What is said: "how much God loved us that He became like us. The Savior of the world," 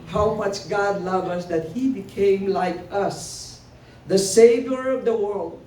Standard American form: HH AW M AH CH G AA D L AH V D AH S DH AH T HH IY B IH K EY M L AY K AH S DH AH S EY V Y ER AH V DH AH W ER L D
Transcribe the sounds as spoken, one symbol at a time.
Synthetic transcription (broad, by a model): HH AW M AH CH G AA D L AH V AH S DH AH T HH IY B IH K EY M L AY K AH S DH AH S EY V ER AH V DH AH W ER L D